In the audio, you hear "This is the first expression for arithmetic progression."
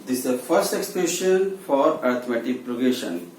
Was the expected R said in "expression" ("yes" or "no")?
no